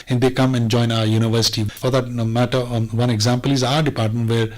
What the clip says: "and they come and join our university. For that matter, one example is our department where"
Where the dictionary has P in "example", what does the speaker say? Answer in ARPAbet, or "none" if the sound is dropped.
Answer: P